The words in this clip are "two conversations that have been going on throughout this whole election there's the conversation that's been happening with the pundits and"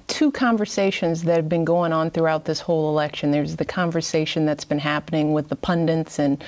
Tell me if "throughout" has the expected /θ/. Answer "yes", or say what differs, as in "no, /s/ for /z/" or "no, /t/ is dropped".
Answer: yes